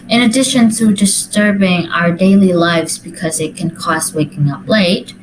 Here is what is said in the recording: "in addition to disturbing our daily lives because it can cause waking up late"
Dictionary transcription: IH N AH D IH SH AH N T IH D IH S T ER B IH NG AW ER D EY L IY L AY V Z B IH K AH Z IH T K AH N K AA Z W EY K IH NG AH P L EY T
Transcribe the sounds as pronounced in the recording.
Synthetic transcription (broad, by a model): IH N AH D IH SH AH N T IH D IH S T ER B IH NG AW ER D EY L IY L AY V Z B IH K AH Z IH T K AH N K AA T W EY K IH NG AH P L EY T